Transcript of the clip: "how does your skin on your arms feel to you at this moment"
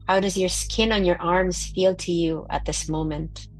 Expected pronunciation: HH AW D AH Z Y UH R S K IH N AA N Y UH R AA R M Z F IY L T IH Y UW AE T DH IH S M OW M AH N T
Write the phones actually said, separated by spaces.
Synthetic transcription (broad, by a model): HH AW D AH Z Y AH R S K IH N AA N Y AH R AA R M Z F IY L T IH Y UW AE T DH IH S M OW M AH N T